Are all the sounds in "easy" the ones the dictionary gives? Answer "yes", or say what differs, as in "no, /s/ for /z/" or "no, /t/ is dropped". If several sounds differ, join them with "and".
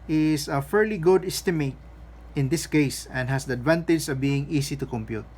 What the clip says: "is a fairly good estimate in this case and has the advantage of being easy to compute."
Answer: no, /s/ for /z/